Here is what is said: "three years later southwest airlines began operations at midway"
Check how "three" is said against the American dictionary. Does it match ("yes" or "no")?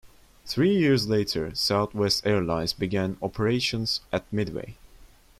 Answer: yes